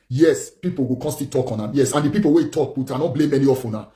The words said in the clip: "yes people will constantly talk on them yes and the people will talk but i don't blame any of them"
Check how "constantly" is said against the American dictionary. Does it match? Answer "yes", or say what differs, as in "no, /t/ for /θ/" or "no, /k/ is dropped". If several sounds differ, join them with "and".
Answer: no, /l/ is dropped